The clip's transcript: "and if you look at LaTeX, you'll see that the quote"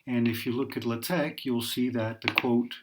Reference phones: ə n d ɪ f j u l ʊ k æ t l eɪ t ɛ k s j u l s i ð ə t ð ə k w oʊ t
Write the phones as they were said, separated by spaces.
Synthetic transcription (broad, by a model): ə n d ɪ f j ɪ l ʊ k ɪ t l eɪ t ɛ k j u l s i ð ə t ð ə k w oʊ t